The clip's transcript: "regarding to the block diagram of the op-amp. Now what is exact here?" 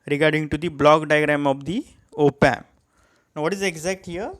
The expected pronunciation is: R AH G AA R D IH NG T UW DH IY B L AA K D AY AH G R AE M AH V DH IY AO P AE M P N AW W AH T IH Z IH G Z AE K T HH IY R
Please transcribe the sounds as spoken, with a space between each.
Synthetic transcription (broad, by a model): R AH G AA R D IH NG T UW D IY B L AA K D AY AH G R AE M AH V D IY AO P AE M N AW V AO T IH Z IH G Z AE K T HH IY R